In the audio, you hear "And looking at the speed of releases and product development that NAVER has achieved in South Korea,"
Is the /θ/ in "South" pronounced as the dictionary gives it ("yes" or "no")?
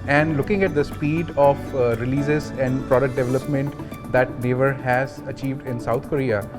no